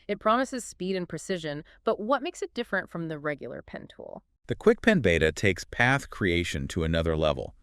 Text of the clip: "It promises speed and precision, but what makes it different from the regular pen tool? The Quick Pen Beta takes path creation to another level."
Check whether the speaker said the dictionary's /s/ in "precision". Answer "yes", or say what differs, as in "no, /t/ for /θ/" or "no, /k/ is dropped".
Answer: yes